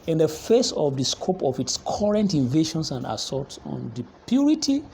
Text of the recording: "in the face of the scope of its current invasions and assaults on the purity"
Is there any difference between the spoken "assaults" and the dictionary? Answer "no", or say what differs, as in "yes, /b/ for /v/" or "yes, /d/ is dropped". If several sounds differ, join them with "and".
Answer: yes, /l/ is dropped